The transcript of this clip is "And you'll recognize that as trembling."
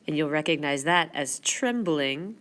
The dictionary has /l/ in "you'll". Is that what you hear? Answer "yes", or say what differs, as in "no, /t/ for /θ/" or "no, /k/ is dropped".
yes